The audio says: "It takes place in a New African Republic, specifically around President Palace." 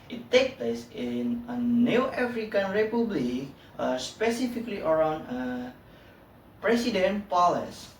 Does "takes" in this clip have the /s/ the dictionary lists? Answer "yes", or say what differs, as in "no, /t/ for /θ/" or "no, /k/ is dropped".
no, /s/ is dropped